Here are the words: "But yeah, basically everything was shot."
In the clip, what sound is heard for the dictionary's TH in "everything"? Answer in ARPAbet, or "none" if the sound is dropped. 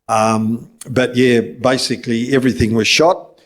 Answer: TH